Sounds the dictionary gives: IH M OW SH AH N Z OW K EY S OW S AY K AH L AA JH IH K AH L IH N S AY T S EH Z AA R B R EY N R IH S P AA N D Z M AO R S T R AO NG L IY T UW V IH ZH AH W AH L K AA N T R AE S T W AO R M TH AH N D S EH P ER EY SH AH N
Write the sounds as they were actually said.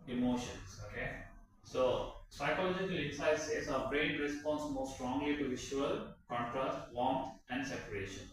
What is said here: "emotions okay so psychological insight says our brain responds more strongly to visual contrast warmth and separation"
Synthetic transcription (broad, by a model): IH M OW SH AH N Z OW K EY S OW S AY K AH L AA JH IH K AH L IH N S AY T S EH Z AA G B R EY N R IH S P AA N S M AO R S T R AO NG L IY T UW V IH SH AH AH L K AA N T R AE S T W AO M T AH N D S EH P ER EY SH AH N